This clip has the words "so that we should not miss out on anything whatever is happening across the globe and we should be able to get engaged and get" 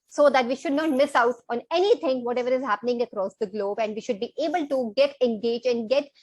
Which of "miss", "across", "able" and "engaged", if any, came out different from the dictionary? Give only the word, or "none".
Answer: engaged